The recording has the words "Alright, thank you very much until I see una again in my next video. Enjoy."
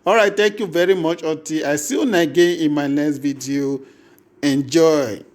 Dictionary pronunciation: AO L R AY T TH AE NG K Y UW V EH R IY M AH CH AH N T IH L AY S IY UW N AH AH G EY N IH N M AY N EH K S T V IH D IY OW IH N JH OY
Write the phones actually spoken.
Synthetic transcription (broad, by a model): AO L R AY T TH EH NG K Y UW V EH R IY M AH CH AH T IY AY S IY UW N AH G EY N IH N M AY N EH K S T V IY D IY OW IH N JH OY